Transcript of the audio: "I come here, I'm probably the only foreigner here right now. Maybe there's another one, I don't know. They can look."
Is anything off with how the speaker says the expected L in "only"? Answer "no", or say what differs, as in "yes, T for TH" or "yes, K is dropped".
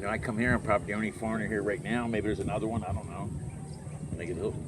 yes, L is dropped